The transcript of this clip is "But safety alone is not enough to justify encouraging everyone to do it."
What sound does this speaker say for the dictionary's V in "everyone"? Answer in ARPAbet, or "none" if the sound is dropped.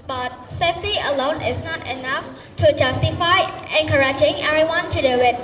none